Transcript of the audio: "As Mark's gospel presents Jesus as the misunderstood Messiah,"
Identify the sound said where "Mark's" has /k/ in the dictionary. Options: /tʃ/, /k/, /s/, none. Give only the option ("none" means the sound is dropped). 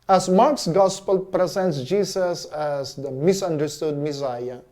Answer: /k/